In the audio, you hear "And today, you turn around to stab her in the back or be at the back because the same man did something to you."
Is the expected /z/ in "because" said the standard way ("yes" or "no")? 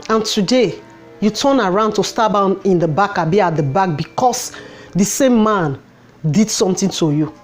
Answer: no